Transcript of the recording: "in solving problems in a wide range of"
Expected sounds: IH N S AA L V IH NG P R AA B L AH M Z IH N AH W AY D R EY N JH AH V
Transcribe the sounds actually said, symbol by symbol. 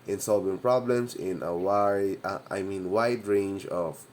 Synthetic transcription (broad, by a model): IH N S AA L V IH NG P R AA B L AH M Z IH N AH W AY D R EY N JH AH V